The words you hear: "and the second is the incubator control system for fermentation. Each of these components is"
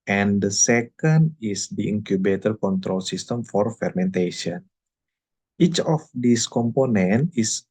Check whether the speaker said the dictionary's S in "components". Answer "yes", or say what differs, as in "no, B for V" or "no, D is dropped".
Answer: no, S is dropped